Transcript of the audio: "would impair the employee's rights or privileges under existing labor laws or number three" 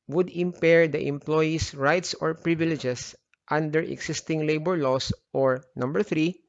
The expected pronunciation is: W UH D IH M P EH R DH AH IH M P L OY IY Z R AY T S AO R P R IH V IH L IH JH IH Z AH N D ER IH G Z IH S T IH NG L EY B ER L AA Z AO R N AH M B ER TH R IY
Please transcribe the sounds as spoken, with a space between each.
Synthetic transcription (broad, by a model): W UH D IH M P EH R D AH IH M P L OY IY S R AY T S AO R P R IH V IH L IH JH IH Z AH N D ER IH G S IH S T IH NG L EY B ER L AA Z AO R N AH M B ER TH R IY